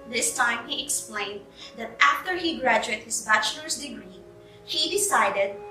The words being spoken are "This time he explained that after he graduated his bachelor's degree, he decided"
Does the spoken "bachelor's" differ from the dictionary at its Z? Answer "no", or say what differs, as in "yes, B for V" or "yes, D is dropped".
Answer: yes, S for Z